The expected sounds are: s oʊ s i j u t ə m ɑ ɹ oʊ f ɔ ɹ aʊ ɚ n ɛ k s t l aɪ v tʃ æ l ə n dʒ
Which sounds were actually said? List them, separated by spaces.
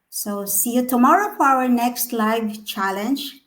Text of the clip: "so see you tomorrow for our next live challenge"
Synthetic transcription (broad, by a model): s oʊ s i j u t ə m ɑ ɹ oʊ f ɔ ɹ aʊ ɚ n ɛ k s t l aɪ v tʃ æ l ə n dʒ